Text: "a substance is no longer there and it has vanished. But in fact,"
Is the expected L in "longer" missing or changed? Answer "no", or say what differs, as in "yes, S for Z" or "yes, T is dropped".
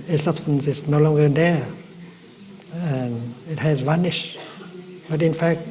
no